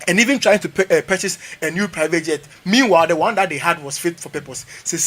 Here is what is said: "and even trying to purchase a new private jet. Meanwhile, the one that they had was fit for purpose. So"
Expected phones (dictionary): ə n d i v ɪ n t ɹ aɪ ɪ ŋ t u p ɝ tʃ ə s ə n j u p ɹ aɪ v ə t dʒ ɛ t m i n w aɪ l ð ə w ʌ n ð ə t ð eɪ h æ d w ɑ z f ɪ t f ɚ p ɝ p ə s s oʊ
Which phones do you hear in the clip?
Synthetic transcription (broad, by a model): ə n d i v ɪ n t ɹ aɪ ɪ ŋ t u p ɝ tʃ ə s ə n j u p ɹ aɪ v ə t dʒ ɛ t m i n w aɪ l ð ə w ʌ n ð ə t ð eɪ h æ d w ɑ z f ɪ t f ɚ p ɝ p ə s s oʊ